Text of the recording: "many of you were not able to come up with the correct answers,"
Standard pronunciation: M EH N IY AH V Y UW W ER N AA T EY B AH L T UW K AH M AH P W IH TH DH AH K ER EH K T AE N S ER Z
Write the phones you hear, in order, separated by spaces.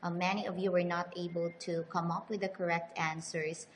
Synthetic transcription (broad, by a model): M EH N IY AH V Y UW W ER N AA T EY B AH L T UW K AH M AH P W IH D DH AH K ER EH K T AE N S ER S